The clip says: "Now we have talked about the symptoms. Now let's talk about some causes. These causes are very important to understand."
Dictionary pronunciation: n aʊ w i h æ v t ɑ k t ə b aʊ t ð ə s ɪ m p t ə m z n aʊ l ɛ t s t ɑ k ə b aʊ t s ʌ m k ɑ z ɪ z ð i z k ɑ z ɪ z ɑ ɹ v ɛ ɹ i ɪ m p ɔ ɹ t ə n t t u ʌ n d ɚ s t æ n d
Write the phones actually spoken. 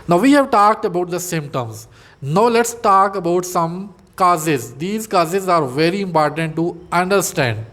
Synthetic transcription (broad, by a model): n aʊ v i h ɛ v t ɑ k t ə b aʊ t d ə s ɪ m t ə m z n aʊ l ɛ t s t ɑ k ə b aʊ t s ʌ m k ɑ z ɪ z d i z k ɑ z ɪ z ɑ ɹ v ɛ ɹ i ɪ m p ɔ ɹ t ə n t t u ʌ n d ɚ s t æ n d